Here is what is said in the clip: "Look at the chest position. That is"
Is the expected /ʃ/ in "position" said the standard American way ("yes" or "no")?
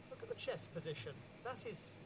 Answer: yes